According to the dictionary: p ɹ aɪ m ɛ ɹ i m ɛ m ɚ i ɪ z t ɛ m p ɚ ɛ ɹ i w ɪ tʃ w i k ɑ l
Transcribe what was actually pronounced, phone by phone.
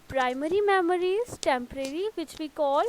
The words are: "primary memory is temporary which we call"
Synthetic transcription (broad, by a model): p ɹ aɪ m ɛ ɹ i m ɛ m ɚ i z t ɛ m p ɚ ɛ ɹ i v ɪ tʃ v i k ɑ l